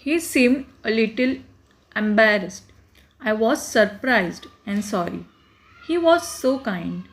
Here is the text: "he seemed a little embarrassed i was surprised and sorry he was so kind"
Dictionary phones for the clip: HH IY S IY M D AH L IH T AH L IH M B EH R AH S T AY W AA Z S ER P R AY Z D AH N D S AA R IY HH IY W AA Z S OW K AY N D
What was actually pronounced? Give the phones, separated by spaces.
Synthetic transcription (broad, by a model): HH IY S IY M D AH L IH T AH L IH M B EH R AH S T AY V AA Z S ER P R AY Z D AH N D S AA R IY HH IY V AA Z S OW K AY N D